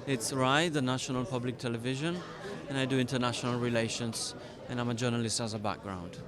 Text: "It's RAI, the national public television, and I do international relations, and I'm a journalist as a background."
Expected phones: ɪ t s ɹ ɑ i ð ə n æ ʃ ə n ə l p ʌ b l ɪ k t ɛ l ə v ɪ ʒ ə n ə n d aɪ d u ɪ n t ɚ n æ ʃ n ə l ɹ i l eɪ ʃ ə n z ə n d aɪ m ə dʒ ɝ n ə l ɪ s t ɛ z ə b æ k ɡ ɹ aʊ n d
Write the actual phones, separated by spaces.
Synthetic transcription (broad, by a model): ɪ t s ɹ ɑ i ð ə n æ ʃ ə n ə l p ʌ b l ɪ k t ɛ l ə v ɪ ʒ ə n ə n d aɪ d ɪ ɪ n t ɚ n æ ʃ n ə l ɹ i l eɪ ʃ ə n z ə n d aɪ m ə dʒ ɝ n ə l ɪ s t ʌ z ə b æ k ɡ ɹ aʊ n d